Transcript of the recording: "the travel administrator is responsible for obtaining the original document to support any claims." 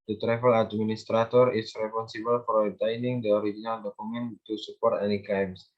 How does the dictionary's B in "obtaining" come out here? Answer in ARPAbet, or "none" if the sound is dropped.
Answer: none